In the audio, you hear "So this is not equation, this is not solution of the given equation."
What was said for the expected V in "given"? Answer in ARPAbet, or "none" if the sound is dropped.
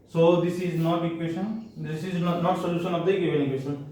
B